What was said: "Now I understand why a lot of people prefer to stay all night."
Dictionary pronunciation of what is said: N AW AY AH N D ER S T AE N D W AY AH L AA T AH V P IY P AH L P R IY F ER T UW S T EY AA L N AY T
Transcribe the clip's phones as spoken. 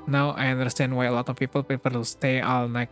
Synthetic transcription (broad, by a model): N AW AY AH N D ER S T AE N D W AY AH L AA T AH F P IY P AH L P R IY P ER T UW S T EY AA L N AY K